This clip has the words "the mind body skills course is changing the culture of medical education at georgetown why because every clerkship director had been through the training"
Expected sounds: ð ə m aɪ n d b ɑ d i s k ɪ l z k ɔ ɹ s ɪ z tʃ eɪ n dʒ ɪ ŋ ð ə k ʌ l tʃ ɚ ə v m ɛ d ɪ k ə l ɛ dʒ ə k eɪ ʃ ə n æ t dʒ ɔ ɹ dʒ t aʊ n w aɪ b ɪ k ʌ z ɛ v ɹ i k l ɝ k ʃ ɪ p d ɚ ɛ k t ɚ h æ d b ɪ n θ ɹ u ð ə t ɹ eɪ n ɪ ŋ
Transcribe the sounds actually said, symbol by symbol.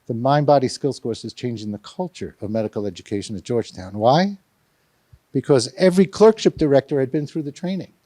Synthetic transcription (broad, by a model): ð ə m aɪ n b ɑ d i s k ɪ l s k ɔ ɹ s ɪ z tʃ eɪ n dʒ ɪ ŋ ð ə k ʌ l tʃ ɚ ə v m ɛ d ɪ k l ɛ dʒ ə k eɪ ʃ ə n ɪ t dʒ ɔ ɹ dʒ t aʊ n w aɪ b ɪ k ʌ z ɛ v ɹ i k l ɝ k ʃ ɪ p d ɚ ɛ k t ɚ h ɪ d b ɪ n θ ɹ u ð ə t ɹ eɪ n ɪ ŋ